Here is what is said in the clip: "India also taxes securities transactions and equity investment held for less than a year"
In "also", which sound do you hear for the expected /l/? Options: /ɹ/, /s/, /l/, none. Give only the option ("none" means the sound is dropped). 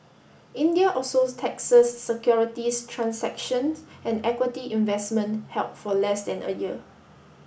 none